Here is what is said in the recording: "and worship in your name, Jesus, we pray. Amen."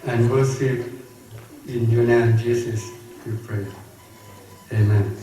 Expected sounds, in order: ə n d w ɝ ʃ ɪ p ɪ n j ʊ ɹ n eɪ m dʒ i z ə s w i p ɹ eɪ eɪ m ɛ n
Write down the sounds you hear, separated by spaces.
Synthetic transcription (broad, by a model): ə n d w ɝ s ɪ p ɪ n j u n eɪ m dʒ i s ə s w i p ɹ eɪ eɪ m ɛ n